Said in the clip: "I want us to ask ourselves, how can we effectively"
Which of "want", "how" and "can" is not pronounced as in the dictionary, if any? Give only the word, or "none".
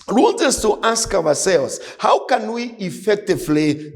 want